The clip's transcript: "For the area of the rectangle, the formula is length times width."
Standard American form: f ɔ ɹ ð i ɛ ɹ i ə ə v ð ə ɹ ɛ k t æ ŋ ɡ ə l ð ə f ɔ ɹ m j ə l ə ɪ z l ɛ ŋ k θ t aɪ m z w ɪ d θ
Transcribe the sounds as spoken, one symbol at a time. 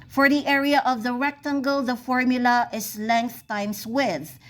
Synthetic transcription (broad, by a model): f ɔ ɹ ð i ɛ ɹ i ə ə v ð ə ɹ ɛ k t æ ŋ ɡ ə l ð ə f ɔ ɹ m j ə l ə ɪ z l ɛ ŋ k θ t aɪ m s w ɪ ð